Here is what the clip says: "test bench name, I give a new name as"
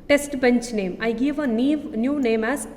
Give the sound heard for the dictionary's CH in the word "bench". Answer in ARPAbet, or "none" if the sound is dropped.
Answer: CH